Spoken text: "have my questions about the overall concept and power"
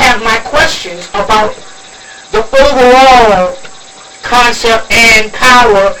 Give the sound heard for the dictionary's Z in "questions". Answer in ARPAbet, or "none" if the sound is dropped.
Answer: Z